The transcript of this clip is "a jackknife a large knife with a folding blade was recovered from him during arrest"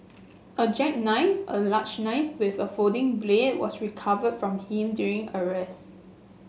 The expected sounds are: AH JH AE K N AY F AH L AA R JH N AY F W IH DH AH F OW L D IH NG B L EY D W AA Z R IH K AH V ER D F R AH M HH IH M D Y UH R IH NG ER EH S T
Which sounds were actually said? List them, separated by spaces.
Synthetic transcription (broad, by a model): AH JH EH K N AY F AH L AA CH N AY F W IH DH AH F OW D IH NG B L EY D W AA S R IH K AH V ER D F R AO M HH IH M D Y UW R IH NG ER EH S